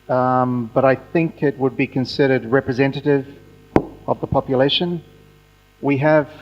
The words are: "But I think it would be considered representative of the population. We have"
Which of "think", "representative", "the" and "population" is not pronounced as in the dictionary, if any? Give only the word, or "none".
none